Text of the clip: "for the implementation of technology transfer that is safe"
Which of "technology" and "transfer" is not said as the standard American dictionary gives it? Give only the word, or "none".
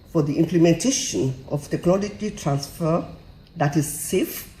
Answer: none